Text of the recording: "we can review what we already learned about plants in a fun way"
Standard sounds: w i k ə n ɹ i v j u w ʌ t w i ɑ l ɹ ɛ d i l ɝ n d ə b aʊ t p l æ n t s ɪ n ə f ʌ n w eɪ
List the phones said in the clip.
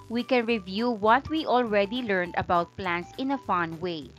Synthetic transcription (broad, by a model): w i k ə n ɹ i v j u w ʌ t w i ɑ l ɹ ɛ d i l ɝ n d ə b aʊ t p l æ n t s ɪ n ə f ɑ n w eɪ